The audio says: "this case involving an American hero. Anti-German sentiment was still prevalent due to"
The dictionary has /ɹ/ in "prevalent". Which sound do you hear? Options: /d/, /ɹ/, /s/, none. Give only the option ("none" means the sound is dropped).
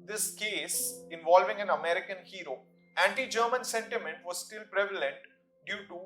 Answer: /ɹ/